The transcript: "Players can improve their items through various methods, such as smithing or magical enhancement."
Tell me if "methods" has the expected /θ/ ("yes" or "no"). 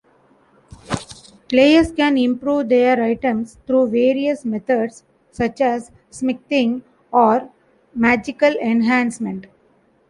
no